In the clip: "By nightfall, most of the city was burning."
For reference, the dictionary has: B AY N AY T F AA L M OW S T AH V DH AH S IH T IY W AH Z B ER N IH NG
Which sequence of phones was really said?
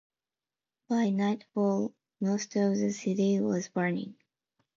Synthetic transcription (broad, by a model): B AY N AY T F AA L M OW S T AH V DH AH S IH T IY W AH Z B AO N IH NG